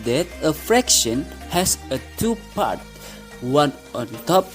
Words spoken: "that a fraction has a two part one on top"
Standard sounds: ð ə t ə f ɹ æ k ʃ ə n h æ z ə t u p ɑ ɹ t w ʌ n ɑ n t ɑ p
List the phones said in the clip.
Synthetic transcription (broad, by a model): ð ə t ə f ɹ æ k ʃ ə n h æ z ə t u p ɑ ɹ t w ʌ n ɑ n t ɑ p